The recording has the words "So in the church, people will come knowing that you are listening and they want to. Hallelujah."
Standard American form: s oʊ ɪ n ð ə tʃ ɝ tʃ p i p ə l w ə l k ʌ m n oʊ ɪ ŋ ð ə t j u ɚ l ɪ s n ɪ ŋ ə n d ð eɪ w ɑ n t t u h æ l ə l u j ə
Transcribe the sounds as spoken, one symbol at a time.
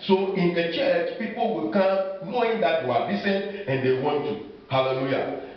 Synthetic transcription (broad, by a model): s oʊ ɪ n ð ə tʃ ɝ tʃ p i p ə l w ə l k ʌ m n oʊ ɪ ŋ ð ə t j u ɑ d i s ɪ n ə n d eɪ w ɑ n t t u h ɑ l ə l u j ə